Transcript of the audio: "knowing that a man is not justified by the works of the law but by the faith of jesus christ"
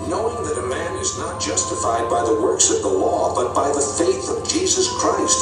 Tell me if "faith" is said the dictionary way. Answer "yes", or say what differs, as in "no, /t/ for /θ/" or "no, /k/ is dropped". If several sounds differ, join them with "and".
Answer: yes